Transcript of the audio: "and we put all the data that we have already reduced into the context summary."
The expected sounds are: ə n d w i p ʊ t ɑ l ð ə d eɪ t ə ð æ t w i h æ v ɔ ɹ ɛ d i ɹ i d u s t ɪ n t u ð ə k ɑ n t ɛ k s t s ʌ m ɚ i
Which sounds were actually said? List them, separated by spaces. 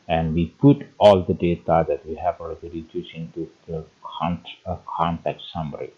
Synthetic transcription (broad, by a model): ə n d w i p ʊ t ɑ l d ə d eɪ t ə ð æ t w i h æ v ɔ l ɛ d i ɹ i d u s ɪ n t u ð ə k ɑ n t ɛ k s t s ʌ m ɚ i